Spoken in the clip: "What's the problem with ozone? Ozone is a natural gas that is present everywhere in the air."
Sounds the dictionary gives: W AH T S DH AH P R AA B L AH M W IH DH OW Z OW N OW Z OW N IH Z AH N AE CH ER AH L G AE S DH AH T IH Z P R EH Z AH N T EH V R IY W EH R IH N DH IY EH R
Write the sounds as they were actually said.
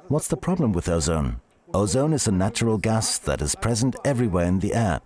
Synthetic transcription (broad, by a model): W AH T S DH AH P R AA B L AH M W IH DH OW Z OW N OW Z OW N IH Z AH N AE CH ER AH L G AE S DH AH T IH Z P R EH Z AH N T EH V R IY W EH R IH N DH IY EH R